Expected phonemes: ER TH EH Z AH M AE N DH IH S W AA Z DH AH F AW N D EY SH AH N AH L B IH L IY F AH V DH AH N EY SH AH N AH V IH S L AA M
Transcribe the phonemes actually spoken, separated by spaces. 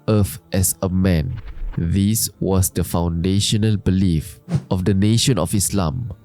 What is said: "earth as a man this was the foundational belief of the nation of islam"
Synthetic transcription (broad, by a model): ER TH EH S AH M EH N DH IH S W AA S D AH F AW N D EY SH AH N AH L B IH L IY F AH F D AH N EY SH AH N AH F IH S L AA M